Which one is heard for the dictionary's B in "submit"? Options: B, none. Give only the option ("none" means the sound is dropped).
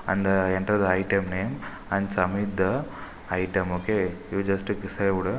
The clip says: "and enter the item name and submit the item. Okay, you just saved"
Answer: none